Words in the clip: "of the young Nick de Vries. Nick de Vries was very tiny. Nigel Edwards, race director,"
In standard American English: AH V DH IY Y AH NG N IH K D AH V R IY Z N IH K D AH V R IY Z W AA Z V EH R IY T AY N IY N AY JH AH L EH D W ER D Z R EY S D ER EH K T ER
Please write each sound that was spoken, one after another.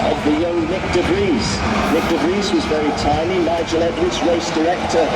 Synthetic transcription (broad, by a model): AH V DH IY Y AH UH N IH K D AH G R IY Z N IH K D AH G R IY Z W AA Z V EH R IY T AY N IY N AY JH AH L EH D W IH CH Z R EY S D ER EH K T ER